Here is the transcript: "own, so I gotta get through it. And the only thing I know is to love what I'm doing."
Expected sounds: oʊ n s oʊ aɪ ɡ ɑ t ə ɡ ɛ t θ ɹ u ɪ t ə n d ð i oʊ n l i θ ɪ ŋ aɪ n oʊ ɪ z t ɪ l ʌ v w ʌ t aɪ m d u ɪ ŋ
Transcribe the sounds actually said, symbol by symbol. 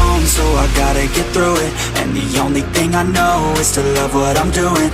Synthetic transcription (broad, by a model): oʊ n s oʊ aɪ ɡ ɑ t ə ɡ ɛ t θ ɹ u ɪ t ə n ð i oʊ n l i θ ɪ ŋ aɪ n oʊ ɪ z t ɪ l ʌ v w ʌ t aɪ m d u ɪ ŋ